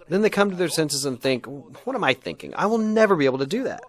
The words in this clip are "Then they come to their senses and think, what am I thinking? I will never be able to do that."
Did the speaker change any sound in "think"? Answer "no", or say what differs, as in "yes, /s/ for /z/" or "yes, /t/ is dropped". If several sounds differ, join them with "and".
no